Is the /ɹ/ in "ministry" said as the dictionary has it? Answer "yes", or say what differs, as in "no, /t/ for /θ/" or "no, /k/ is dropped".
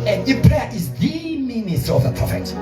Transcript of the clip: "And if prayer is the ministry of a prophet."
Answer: no, /ɹ/ is dropped